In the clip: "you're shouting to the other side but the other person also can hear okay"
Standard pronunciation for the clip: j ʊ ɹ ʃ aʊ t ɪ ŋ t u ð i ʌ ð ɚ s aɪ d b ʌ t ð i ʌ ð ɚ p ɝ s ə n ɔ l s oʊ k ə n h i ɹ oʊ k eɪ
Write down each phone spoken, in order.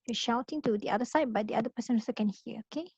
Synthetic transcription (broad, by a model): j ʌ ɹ ʃ aʊ t ɪ ŋ t u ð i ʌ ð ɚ s aɪ d b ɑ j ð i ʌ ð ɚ p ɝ s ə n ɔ s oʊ k ə n h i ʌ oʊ k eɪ